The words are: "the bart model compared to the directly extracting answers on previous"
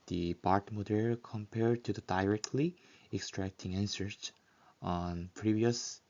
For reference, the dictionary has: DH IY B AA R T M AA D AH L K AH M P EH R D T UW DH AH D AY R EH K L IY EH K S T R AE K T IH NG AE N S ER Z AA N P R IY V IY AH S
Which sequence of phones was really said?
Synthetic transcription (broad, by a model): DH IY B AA R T M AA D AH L K AH M P EH R D T UW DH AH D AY R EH K L IY EH K S T R AE K T IH NG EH N S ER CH AA N P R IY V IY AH S